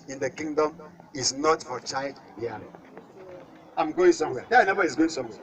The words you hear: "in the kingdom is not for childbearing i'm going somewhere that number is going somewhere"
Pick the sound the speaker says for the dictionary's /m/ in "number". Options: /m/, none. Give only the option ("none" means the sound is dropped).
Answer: none